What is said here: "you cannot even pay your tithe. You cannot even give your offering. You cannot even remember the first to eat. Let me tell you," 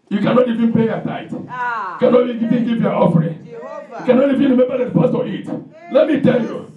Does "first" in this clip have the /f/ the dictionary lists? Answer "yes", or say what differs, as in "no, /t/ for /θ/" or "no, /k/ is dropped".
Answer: no, /p/ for /f/